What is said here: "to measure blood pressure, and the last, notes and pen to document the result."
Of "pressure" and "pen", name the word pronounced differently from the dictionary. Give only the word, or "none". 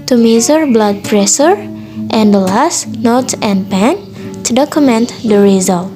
pressure